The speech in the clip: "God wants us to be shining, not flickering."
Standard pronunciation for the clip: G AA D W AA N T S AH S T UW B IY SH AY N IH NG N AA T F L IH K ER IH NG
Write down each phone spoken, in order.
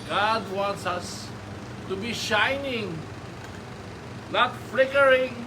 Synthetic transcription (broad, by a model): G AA D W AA N T S AH S T UW B IY SH AY N IH NG L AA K F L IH K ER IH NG